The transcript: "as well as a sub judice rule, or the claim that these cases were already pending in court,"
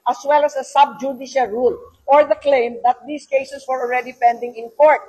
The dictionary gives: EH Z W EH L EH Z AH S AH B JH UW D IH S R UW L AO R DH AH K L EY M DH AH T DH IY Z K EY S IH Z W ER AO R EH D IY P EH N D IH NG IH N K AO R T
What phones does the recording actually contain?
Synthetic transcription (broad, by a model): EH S W EH L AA S AH S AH B JH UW D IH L R UW L AO R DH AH K L EY M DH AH T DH IY S K EY S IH S W ER AO R EH D IY P EH N D IH NG IH N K AO R T